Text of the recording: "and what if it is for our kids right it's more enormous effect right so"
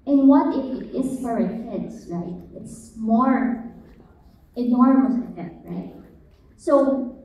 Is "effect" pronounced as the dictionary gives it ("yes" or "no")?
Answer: no